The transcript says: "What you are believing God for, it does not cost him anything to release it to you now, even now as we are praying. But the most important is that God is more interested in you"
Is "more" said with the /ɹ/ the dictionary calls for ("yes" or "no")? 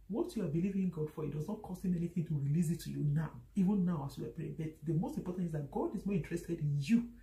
yes